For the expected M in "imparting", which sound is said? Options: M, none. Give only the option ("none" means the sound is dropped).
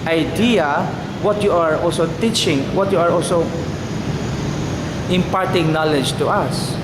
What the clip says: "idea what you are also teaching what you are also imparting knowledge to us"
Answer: M